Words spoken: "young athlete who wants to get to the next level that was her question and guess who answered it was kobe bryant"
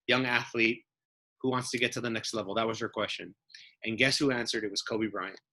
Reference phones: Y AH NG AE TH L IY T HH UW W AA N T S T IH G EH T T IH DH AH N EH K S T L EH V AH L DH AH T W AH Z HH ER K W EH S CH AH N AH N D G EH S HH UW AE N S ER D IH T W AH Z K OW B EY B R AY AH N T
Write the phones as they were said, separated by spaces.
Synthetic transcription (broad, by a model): Y AH NG AE TH L IY T HH UW W AA N T S T IH G EH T T IH DH AH N EH K S T L EH V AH L DH AH T W AH Z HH ER K W EH S CH AH N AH N G EH S HH UW AE N S ER D IH T W AH Z K OW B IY B R AY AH N